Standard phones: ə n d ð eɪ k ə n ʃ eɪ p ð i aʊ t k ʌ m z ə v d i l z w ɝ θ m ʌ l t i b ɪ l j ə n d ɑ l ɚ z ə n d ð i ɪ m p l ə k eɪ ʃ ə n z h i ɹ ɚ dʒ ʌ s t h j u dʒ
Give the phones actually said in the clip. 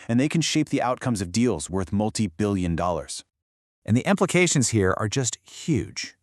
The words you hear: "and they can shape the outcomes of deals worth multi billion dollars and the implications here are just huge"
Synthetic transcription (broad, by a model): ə n ð eɪ k ə n ʃ eɪ p ð i aʊ t k ʌ m z ə v d i l z w ɝ θ m ʌ l t i b ɪ l j ə n d ɑ l ɚ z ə n ð i ɪ m p l ə k eɪ ʃ ə n z h i ɹ ɚ dʒ ʌ s t h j u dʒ